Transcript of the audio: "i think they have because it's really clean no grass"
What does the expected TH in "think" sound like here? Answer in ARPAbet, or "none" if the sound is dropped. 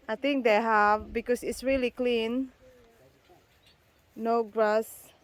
T